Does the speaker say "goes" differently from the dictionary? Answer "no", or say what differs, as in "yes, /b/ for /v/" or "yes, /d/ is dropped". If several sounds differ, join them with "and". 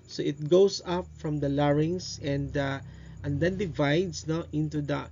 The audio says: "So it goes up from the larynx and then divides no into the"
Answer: yes, /s/ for /z/